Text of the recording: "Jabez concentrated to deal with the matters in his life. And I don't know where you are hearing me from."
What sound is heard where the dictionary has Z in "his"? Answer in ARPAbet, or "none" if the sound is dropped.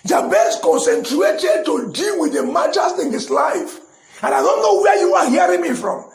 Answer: S